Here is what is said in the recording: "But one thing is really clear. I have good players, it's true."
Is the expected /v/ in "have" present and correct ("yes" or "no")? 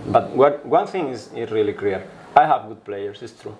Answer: yes